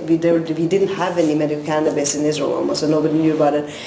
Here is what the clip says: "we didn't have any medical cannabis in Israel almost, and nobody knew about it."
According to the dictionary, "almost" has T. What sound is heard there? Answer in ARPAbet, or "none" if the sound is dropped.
none